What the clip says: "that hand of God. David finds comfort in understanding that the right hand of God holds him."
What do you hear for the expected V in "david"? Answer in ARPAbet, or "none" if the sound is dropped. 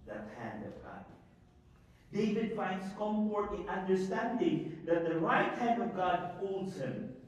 V